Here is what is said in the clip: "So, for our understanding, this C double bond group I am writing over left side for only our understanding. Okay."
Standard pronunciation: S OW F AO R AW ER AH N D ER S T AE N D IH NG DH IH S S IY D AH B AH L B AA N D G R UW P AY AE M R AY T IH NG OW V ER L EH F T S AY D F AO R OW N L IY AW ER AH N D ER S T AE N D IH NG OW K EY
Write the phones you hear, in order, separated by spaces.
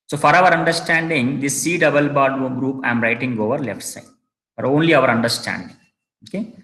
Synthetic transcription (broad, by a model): S OW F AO R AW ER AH N D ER S T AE N D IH NG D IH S S IY D AH B AH L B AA D G R UW P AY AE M R AY T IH NG OW V ER L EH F T S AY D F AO R OW N L IY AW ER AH N D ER S T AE N D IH NG OW K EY